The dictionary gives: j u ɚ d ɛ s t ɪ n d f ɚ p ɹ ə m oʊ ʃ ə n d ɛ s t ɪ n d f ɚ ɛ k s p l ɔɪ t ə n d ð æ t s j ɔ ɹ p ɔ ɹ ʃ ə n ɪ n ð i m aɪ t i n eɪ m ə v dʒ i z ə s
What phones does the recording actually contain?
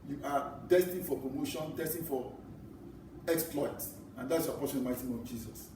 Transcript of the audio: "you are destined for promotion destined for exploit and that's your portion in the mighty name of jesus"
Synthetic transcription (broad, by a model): j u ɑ d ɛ s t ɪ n f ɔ p ɹ ə m oʊ ʃ ə n d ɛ s t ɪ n f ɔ ɛ k s p l ɔɪ t ə n d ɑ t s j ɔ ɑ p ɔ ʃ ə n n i m aɪ t i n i ə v dʒ i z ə s